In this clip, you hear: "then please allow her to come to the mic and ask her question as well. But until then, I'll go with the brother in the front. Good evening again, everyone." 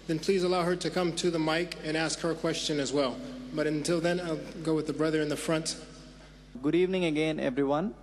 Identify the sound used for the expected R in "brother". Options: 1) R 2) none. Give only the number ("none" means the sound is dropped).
1